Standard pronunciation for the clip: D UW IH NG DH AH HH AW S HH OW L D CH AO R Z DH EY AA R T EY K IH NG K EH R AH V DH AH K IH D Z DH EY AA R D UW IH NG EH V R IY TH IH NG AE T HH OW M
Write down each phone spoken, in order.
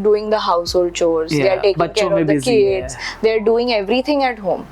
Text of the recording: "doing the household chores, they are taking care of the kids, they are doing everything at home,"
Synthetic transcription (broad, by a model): D UW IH NG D AH HH AW S HH OW L D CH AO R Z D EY AA R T EY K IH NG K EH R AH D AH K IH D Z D EY AA R D UW IH NG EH V R IY T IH NG AE T HH OW M